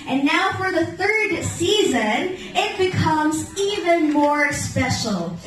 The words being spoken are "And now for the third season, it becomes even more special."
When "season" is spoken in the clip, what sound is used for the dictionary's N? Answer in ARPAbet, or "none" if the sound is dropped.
N